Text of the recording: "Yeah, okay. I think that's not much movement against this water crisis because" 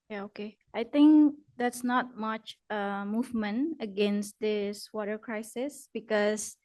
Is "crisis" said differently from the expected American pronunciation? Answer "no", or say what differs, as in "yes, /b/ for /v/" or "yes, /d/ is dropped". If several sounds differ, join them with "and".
no